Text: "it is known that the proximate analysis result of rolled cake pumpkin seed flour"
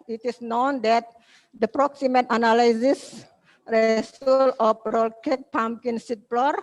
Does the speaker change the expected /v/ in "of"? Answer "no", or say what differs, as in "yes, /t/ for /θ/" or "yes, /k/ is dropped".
yes, /p/ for /v/